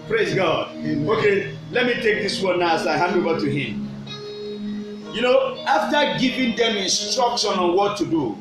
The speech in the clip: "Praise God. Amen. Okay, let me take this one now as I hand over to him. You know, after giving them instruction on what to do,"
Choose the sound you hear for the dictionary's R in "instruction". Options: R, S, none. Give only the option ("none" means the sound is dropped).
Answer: R